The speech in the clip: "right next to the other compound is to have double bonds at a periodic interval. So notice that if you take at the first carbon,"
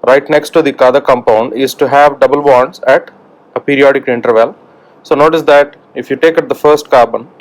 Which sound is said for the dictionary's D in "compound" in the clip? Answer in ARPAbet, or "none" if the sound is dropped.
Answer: D